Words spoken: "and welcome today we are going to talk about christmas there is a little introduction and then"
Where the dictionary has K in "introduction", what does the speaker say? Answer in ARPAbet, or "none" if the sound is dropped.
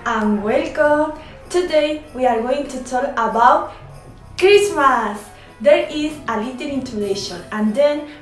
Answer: none